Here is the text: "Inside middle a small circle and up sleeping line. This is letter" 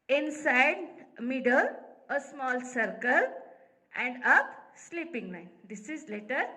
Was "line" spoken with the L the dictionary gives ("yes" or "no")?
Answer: no